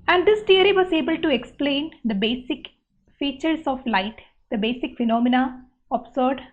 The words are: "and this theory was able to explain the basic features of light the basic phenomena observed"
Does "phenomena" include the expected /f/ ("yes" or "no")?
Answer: yes